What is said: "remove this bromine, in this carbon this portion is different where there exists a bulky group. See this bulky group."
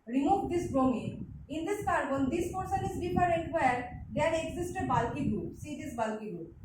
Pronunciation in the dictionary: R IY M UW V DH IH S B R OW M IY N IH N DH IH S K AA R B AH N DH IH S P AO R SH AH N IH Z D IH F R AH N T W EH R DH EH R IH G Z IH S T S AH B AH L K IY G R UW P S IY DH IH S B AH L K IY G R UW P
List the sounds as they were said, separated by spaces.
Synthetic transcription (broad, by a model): R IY M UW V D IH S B R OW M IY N IH N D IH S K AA R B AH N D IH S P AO R S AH N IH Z D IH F R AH N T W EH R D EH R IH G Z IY S T AH B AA L K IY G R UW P S IY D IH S B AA L K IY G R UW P